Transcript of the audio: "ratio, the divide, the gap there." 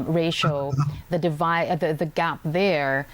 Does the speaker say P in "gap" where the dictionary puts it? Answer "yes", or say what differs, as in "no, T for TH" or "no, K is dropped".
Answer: yes